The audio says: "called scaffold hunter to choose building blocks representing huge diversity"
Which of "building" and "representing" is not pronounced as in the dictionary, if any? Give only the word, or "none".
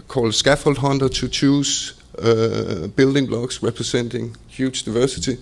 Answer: representing